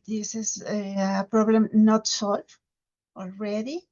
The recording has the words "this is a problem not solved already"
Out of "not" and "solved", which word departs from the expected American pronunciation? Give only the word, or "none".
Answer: solved